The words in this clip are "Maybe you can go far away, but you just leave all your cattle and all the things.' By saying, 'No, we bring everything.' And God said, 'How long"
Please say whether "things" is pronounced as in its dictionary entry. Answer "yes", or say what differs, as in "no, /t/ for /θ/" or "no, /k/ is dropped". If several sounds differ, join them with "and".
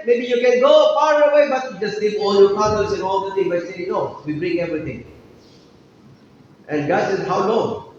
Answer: no, /t/ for /θ/ and /z/ is dropped